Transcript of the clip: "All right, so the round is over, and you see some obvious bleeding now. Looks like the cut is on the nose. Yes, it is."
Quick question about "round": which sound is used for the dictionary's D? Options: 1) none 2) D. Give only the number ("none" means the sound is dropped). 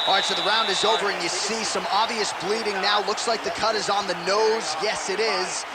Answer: 2